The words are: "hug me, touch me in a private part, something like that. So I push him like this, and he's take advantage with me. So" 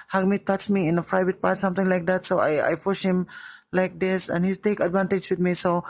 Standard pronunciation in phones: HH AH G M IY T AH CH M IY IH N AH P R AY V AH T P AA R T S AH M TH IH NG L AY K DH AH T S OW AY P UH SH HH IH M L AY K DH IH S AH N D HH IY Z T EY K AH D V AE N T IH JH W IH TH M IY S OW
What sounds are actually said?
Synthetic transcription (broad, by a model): HH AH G M IY T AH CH M IY IH N AH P R AY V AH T P AA R T S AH M T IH NG L AY K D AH T S OW AY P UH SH HH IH M L AY K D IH S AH N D HH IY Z T EY K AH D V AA N T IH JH W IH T M IY S OW